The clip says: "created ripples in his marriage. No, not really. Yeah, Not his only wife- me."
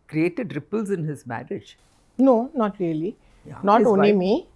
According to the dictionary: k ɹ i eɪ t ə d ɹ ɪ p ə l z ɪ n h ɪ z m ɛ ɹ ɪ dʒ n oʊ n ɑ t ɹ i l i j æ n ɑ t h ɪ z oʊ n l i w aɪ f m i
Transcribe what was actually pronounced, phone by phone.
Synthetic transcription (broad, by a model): k ɹ i eɪ t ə d ɹ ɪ p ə l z ɪ n h ɪ z m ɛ ɹ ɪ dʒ n oʊ n ɑ t ɹ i i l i n ɑ t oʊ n i m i